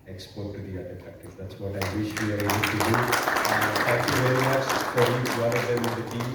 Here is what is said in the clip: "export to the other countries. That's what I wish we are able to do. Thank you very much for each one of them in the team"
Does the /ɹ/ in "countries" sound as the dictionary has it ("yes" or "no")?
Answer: no